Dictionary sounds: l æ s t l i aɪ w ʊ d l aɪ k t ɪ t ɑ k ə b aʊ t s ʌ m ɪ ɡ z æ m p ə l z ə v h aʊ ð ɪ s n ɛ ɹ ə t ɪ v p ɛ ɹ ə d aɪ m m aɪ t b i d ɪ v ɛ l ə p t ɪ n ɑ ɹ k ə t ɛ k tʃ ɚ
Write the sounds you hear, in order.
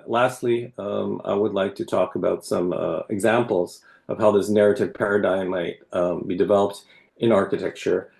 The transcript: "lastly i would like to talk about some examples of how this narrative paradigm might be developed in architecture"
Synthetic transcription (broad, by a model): l æ s t l i aɪ w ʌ d l aɪ k t ɪ t ɑ k ə b aʊ t s ʌ m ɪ ɡ z æ m p l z ə v h aʊ ð ɪ s n ɛ ɹ ə t ɪ v p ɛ ɹ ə d aɪ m m aɪ t b i d ɪ v ɛ l ə p t ɪ n ɑ ɹ k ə t ɛ k tʃ ɚ